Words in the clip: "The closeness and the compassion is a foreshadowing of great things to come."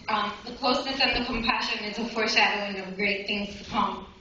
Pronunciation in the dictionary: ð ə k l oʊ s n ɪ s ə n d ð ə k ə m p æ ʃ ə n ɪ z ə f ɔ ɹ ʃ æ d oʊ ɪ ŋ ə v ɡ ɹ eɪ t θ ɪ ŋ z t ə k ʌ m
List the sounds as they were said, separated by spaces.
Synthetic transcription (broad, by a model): ð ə k l oʊ s n ɪ s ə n ð ə k ə m p æ ʃ ə n ɪ z ə f ɔ ɹ ʃ æ d oʊ ɪ ŋ ə v ɡ ɹ eɪ t θ ɪ ŋ z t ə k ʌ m